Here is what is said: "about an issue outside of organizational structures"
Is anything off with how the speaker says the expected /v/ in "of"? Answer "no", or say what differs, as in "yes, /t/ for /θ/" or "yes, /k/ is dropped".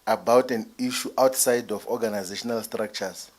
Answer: yes, /f/ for /v/